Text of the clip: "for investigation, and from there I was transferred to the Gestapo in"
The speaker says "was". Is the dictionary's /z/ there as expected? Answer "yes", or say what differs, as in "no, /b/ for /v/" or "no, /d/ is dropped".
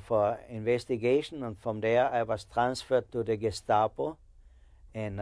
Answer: no, /s/ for /z/